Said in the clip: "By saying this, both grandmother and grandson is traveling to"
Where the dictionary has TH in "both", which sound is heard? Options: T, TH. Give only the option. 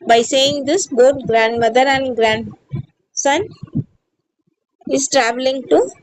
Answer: T